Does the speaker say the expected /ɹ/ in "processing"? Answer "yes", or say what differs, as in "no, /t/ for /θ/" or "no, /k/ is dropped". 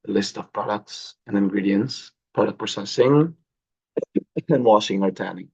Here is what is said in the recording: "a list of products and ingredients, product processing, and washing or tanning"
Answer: no, /ɹ/ is dropped